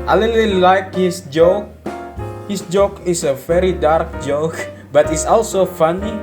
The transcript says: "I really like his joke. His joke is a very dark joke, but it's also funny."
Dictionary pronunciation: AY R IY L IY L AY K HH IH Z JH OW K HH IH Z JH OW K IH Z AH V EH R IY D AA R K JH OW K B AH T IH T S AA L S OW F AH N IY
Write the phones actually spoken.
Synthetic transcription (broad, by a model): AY L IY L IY L AY K HH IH S JH OW K HH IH S JH OW K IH S AH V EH R IY D AA R K JH OW K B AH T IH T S AA L S OW F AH N IY